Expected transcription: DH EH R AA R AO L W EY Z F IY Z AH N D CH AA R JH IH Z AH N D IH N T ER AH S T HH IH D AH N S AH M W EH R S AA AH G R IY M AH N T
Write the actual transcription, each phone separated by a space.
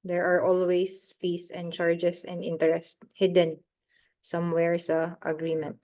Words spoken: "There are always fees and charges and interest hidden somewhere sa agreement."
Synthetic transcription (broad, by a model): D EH R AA R AO L W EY S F IY S AH N D CH AA R JH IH S AH N D IH N T ER AH S T HH IH D AH N S AH M W EH R S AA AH G R IY M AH N T